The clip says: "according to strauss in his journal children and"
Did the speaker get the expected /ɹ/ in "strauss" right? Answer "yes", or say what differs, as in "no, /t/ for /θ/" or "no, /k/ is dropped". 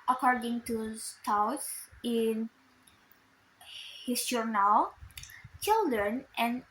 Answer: no, /ɹ/ is dropped